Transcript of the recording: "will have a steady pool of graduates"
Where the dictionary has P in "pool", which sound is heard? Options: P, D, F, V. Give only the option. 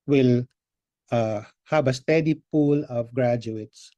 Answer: P